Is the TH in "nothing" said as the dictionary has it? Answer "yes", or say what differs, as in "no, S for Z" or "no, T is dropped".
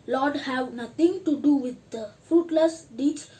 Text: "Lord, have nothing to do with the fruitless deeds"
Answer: no, T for TH